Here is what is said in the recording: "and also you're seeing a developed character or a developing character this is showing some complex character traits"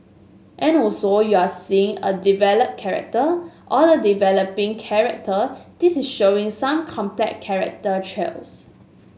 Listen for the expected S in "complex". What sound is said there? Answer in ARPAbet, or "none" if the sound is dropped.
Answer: none